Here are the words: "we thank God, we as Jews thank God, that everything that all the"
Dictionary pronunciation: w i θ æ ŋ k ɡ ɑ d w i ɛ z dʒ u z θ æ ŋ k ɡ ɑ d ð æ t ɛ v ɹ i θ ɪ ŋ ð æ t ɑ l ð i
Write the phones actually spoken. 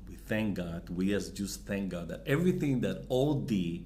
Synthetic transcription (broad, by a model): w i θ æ ŋ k ɡ ɑ d w i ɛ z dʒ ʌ s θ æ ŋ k ɡ ɑ d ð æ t ɛ v ɹ i θ ɪ ŋ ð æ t ɑ l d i